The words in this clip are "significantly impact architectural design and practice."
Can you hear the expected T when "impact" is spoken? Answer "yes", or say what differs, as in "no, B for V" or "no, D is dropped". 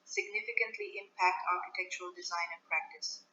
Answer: yes